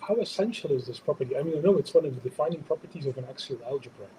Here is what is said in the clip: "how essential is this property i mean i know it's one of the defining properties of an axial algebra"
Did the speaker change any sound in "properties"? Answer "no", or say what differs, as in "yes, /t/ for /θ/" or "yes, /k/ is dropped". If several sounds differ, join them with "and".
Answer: no